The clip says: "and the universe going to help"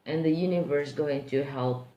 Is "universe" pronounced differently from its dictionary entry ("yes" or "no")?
no